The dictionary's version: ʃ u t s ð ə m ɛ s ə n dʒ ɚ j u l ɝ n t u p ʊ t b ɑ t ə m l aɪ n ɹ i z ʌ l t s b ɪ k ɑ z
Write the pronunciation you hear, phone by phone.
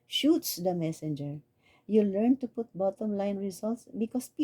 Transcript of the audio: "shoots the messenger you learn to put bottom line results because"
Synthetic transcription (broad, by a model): ʃ u t s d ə m ɛ s ə n dʒ ɚ j u l ɝ n t u p ʊ t b ɑ t ə m l aɪ n ɹ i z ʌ l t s b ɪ k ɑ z